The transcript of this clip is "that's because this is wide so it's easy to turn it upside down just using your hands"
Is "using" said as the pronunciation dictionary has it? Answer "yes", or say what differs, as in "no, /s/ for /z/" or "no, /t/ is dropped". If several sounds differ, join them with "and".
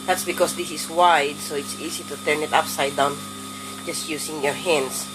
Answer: no, /s/ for /z/